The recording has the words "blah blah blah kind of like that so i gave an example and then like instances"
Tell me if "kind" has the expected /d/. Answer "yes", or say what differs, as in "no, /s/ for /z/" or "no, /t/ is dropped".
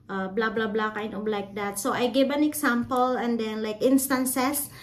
no, /d/ is dropped